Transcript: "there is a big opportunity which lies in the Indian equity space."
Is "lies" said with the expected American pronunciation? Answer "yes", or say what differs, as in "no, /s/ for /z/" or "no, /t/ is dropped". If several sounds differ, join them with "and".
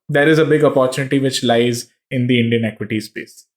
yes